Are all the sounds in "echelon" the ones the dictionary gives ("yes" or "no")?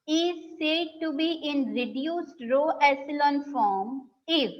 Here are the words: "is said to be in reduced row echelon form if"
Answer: no